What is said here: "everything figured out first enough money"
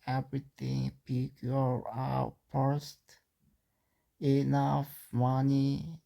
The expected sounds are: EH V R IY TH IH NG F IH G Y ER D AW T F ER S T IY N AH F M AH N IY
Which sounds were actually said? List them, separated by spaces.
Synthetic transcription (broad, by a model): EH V R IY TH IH NG P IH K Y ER AW T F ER S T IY N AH F M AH N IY